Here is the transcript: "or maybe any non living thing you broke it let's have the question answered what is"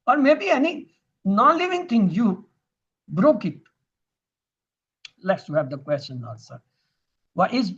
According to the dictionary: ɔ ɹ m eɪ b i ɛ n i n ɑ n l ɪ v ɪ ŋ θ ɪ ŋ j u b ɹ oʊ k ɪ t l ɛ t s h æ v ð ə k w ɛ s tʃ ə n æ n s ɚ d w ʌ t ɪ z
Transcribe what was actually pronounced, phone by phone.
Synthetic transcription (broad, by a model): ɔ ɹ m eɪ b i ɛ n i n ɑ n l ɪ v ɪ ŋ t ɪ ŋ j u b ɹ oʊ k ɪ t l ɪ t s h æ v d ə k w ɛ s tʃ ə n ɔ l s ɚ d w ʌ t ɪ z